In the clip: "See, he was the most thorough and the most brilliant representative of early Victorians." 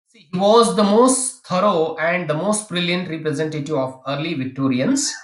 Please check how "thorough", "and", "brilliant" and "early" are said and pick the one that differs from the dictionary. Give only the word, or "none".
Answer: thorough